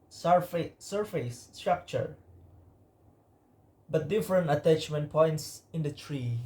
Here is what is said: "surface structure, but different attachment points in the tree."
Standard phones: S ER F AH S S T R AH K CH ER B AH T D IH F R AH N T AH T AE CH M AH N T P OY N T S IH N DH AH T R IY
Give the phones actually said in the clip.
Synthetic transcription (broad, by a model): S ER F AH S S T R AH K CH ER B AH T D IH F R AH N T AH T AE CH M AH N T P OY N T S IH N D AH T R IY